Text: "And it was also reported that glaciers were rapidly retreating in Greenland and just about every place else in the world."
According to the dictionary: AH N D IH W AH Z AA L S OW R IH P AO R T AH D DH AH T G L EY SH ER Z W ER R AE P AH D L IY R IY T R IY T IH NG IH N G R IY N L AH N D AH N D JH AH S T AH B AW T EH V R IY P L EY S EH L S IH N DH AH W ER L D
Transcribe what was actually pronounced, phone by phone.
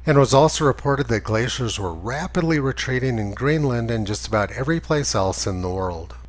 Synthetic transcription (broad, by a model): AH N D W AH Z AA L S OW R IH P AO R T AH D DH AH T G L EY SH ER Z W ER R AE P AH D L IY R IY T R IY T IH NG IH N G R IY N L AH N D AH N JH AH S T AH B AW T EH V R IY P L EY S EH L S IH N DH AH W ER L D